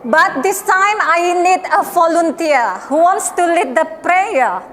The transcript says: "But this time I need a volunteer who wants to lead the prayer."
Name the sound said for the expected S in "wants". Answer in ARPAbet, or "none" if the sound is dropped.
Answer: S